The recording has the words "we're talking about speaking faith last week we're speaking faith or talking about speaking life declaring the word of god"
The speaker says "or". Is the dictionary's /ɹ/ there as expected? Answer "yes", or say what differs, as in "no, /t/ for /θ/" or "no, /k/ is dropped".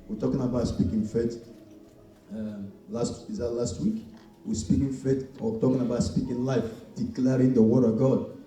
no, /w/ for /ɹ/